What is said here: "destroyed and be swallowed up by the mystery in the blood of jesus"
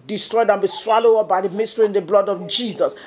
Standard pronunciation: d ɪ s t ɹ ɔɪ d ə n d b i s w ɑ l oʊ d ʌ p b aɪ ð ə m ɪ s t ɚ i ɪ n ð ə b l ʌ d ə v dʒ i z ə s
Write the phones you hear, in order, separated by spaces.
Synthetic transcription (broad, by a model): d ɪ s t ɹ ɔɪ d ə n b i s w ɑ l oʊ ʌ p b aɪ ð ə m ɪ s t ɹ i ɪ n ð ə b l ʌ d ə v dʒ i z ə s